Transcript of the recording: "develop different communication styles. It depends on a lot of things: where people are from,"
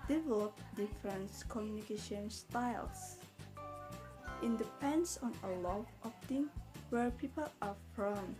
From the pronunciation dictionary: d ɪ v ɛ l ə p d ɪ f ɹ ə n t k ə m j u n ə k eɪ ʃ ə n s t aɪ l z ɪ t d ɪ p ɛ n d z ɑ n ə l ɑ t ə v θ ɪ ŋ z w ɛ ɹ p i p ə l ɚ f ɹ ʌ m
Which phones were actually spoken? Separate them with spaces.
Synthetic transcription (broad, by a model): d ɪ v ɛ l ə p d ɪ f ɹ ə n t k ə m j u n ə k eɪ ʃ ə n s t aɪ l s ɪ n d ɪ p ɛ n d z ɑ n ə l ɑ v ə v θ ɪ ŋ w ɛ ɹ p i p ə l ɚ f ɹ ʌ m